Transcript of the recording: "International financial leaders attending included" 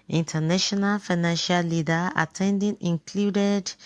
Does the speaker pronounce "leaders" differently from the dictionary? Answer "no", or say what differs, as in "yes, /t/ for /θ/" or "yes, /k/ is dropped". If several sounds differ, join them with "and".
yes, /z/ is dropped